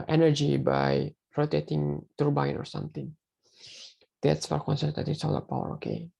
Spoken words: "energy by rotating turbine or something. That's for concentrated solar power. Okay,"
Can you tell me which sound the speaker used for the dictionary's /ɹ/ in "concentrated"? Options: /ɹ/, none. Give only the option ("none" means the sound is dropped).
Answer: none